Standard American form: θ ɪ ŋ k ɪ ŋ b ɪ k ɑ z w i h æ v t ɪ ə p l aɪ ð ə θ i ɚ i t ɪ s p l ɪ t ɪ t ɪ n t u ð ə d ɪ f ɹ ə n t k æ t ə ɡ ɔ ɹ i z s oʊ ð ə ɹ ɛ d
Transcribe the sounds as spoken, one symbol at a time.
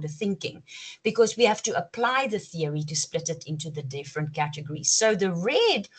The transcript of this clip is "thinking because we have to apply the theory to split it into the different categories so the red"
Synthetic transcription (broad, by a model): θ ɪ ŋ k ɪ ŋ b ɪ k ɑ z w i h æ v t ɪ ə p l aɪ ð ə θ i ɚ i t ɪ s p l ɪ t ɪ t ɪ n t u ð ə d ɪ f ɹ ə n t k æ t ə ɡ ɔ ɹ i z s oʊ ð ə ɹ ɛ d